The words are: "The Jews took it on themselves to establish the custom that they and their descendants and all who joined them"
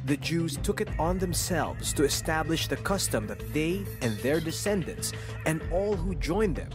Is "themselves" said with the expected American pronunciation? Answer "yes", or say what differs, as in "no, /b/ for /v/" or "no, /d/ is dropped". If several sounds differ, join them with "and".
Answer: yes